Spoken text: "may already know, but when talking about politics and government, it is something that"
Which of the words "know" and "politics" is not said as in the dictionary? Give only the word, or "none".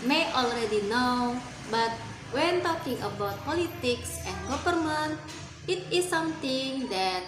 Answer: none